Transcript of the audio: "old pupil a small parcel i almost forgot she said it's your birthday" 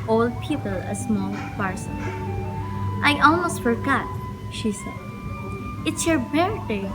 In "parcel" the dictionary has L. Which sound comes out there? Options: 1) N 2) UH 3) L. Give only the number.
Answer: 1